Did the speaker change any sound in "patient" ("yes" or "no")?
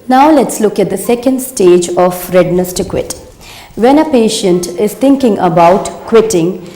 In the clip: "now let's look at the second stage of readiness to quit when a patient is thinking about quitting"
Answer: no